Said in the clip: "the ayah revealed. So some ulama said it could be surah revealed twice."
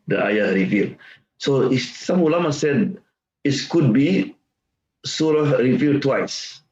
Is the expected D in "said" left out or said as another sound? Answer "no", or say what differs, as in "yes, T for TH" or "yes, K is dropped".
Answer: no